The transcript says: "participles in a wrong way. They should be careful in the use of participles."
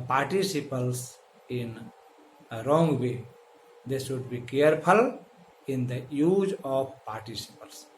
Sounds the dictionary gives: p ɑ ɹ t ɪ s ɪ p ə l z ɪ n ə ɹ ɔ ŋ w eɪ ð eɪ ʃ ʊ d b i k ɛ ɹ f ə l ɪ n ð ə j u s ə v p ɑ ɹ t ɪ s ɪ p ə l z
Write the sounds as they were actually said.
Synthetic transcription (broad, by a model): p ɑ ɹ t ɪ s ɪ p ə l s ɪ n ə ɹ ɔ ŋ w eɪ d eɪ s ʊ d b i k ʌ ɹ p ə l ɪ n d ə j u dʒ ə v p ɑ ɹ t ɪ s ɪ p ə l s